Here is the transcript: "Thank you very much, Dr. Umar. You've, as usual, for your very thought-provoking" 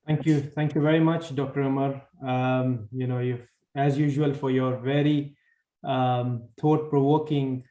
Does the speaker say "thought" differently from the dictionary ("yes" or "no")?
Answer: yes